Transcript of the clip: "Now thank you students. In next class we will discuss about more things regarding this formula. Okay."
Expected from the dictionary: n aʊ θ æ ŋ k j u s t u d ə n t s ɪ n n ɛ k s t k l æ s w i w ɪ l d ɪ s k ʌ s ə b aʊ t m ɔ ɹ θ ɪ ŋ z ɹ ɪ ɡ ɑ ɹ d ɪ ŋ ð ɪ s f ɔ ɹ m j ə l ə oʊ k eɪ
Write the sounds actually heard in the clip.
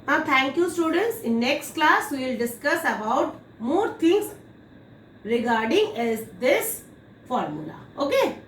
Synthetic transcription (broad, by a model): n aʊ t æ ŋ k j u s t u d ə n t s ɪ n n ɛ k s t k l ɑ s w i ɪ l d ɪ s k ʌ s ə b aʊ t m ɔ ɹ t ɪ ŋ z ɹ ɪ ɡ ɑ ɹ d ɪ ŋ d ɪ s f ɔ ɹ m j ə l ə oʊ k eɪ